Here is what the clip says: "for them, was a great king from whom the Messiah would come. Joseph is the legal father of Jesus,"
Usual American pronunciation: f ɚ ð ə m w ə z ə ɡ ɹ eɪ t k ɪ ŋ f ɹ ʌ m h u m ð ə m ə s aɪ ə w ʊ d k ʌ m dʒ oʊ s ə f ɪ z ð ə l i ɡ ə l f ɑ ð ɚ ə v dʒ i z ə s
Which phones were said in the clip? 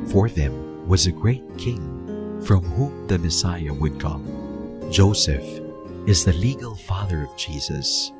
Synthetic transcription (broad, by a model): f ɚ ð ə m w ə z ə ɡ ɹ eɪ t k ɪ ŋ f ɹ ʌ m h u m ð ə m ə s aɪ ə w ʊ d k ʌ m dʒ oʊ s ə f ɪ z ð ə l i ɡ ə l f ɑ ð ɚ ə v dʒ i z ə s